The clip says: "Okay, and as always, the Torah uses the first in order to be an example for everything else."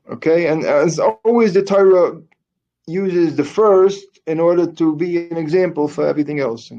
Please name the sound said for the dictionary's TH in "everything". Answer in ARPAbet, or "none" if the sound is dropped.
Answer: TH